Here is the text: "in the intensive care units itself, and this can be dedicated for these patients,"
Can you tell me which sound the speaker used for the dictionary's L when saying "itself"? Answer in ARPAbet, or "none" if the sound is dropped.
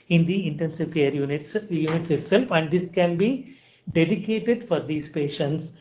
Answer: L